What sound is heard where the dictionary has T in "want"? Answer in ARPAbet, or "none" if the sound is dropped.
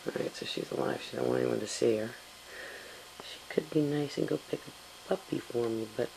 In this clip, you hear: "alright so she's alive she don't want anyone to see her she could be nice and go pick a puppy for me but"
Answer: none